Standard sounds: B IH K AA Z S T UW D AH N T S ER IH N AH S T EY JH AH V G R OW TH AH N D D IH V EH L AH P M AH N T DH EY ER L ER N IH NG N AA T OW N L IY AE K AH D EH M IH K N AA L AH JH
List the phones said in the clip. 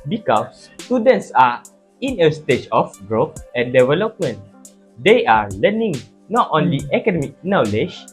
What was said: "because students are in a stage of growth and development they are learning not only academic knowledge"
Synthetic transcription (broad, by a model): B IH K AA S T UW D AH N T S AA IH N AH S T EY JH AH F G R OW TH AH N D D IH V EH L AH P M AH N T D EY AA L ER N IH NG N AA T OW N L IY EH K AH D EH M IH K N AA L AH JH